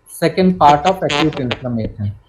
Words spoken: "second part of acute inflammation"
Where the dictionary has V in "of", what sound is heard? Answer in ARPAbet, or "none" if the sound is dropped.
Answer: P